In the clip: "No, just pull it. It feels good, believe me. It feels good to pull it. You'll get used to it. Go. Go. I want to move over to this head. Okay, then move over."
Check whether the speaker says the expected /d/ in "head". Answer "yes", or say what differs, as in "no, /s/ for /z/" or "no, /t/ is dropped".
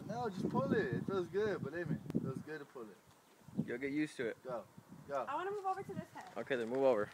no, /d/ is dropped